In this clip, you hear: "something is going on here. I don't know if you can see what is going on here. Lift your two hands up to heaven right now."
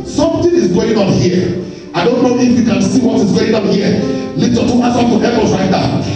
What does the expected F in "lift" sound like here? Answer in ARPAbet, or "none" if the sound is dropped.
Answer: none